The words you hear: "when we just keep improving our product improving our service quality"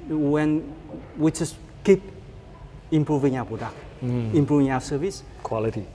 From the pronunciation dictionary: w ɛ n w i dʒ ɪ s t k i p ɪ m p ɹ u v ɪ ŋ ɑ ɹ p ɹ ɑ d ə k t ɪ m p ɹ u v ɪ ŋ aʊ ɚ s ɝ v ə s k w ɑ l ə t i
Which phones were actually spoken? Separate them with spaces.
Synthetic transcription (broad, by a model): w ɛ n w i tʃ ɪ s k i p ɪ m p ɹ u v ɪ ŋ ɑ w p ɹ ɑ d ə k ɪ m p ɹ u v ɪ ŋ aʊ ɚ s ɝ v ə s k w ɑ l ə t i